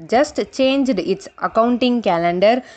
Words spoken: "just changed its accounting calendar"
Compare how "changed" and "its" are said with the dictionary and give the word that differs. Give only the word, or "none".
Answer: none